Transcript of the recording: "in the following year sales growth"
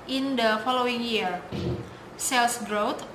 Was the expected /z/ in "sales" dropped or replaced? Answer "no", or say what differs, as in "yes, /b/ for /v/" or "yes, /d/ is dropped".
yes, /s/ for /z/